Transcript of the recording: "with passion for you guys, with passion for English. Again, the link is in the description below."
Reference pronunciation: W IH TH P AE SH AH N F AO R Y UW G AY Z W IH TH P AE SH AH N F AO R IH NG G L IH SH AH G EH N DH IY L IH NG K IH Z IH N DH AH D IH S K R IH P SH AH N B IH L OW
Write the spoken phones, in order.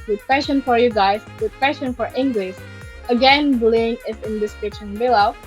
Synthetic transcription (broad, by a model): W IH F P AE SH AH N F AO R Y UW G AY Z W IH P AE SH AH N F AO R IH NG G L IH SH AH G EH N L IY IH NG IH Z IH N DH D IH S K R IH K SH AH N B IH L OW